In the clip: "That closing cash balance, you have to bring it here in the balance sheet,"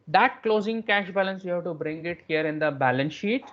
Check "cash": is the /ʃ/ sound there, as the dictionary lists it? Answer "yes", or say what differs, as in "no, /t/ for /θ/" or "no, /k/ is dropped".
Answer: yes